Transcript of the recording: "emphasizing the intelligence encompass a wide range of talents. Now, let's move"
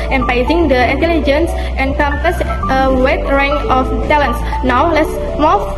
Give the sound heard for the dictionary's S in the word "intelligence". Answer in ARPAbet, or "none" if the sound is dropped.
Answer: S